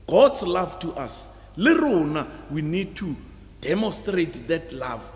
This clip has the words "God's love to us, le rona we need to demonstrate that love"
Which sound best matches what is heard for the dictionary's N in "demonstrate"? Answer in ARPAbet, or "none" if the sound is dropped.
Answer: N